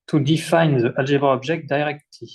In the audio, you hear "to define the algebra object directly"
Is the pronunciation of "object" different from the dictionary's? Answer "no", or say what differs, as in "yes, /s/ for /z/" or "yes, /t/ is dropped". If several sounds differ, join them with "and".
yes, /ʒ/ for /dʒ/